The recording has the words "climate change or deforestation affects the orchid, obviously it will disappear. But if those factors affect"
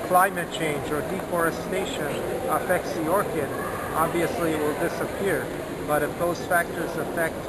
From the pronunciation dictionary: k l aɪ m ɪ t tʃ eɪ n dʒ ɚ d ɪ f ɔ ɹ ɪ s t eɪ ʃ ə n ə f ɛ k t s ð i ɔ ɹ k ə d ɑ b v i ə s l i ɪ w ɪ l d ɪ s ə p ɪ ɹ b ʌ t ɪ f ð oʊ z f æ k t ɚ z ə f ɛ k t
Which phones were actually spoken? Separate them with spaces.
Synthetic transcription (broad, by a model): k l aɪ m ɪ t tʃ eɪ n dʒ ɚ d ɪ f ɔ ɹ ɪ s t eɪ ʃ ə n ə f ɛ k t s ð i ɔ ɹ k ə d ɑ b v i ə s l i w ɪ l d ɪ s ə p ɪ ɹ b ʌ t ɪ f ð oʊ z f æ k t ɚ z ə f ɛ k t